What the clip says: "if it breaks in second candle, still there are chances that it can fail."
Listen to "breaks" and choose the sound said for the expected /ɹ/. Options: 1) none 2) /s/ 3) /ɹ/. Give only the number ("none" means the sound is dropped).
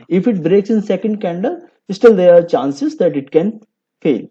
3